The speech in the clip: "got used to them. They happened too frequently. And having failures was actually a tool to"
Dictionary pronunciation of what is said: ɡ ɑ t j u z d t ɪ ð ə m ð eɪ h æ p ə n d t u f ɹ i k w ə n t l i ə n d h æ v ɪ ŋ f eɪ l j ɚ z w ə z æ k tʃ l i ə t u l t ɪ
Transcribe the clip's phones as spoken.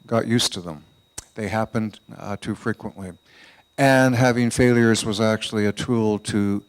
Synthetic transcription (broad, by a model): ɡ ɑ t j u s t ɪ ð ə m ð eɪ h æ p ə n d t u f ɹ i k w ə n t l i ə n h æ v ɪ ŋ f eɪ l j ɚ z w ə z æ k tʃ l i ə t u l t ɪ